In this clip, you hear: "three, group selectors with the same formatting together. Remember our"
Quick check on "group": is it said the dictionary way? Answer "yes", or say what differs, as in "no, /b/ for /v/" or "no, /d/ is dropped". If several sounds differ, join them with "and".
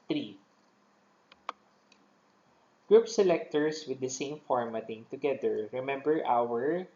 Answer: yes